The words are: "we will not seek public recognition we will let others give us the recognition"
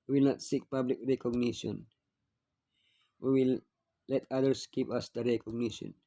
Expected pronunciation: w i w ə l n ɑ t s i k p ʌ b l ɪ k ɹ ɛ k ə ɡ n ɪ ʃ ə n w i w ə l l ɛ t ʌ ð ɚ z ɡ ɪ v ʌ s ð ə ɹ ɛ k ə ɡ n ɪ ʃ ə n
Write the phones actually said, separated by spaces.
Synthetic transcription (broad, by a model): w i w ə l n ɑ t s i k p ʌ b l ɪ k ɹ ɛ k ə ɡ n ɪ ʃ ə n w i w ə l l ɛ t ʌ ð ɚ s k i p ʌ s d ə ɹ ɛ k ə ɡ n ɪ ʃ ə n